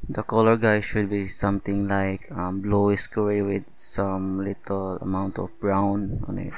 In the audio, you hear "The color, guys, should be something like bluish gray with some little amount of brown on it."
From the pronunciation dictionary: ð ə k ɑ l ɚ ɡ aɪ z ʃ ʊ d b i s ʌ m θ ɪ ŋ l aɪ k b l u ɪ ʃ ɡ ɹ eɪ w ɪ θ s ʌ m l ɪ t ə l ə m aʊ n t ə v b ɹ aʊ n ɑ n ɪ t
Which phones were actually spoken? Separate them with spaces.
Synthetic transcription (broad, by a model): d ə k ɑ l ɚ ɡ aɪ ʃ ʊ d b i s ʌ m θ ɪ ŋ l aɪ k b l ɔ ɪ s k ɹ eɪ w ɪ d s ʌ m l ɪ t ə l ə m aʊ n t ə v b ɹ aʊ n ɑ n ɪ t